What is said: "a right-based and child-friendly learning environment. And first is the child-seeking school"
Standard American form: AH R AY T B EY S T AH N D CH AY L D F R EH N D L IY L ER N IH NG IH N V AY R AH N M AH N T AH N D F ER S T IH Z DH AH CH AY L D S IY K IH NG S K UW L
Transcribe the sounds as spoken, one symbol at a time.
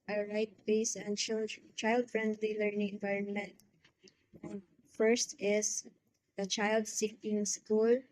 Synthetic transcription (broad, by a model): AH R AY T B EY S AH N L CH AY L D F R EH N D L IY L ER N IH NG IH N V AY R AH N M AH N T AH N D F ER S T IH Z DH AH CH AY L D S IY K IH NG S K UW L